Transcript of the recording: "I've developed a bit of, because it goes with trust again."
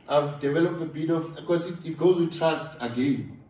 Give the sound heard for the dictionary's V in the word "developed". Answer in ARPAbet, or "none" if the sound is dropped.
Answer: V